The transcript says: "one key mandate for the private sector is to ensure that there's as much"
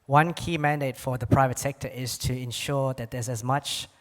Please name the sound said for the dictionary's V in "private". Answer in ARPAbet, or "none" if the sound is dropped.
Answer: V